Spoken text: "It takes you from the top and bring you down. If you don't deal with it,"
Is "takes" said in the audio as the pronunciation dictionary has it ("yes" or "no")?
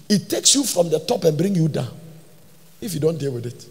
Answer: yes